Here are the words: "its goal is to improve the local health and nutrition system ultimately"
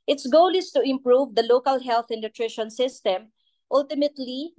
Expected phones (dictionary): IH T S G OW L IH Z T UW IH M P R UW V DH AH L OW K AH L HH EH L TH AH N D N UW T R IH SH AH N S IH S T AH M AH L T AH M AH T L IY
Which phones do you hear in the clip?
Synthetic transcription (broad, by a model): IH T S G OW L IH S T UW IH M P R UW V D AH L OW K AH L HH EH L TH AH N N UW T R IH SH AH N S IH S T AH M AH L T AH M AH T L IY